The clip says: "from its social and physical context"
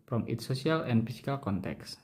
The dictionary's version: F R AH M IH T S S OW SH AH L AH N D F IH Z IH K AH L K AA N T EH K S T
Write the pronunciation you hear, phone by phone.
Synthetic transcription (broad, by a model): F R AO M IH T S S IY AH L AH N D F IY S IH K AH L K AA N T EH K S